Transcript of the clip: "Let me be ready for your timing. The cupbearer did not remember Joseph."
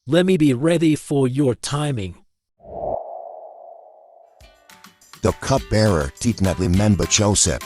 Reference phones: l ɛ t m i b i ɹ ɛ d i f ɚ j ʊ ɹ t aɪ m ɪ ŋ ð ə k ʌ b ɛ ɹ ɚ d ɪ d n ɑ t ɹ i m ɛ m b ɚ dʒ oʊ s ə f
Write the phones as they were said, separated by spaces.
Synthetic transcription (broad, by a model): l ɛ t m i b i ɹ ɛ d i f ɚ j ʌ ɹ t aɪ m ɪ ŋ ð ə k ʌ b ɛ ɹ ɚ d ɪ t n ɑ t l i m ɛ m b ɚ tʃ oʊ s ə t